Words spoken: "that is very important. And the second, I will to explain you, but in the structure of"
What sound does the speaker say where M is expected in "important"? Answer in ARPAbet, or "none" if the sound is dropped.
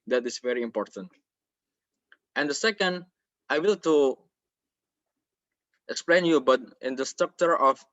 M